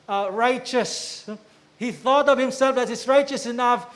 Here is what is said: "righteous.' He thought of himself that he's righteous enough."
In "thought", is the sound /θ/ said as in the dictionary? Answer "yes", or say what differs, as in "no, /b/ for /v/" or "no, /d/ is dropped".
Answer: yes